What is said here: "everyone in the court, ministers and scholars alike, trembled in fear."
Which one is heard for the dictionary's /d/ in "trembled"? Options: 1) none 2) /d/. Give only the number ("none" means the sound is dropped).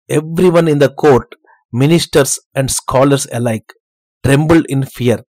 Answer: 2